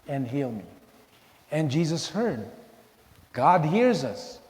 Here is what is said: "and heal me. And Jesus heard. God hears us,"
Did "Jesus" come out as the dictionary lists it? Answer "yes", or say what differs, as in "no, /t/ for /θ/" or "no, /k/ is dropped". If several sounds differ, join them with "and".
yes